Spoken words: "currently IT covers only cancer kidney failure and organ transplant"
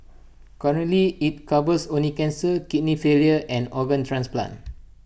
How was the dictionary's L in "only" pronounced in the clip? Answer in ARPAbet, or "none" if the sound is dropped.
none